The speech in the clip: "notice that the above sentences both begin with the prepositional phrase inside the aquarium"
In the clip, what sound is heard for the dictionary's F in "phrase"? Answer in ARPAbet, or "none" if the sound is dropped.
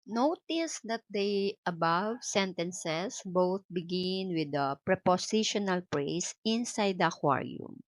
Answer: P